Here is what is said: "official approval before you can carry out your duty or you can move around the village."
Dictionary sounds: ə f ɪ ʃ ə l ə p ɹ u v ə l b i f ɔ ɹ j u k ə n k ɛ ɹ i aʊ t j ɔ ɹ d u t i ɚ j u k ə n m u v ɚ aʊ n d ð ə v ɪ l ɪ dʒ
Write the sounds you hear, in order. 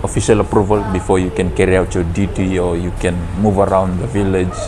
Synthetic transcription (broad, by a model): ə f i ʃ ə l ə p ɹ u v ə l b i f ɔ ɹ j u k ə n k ɛ ɹ i aʊ t j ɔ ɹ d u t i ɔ j u k ə n m u v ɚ aʊ n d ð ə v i l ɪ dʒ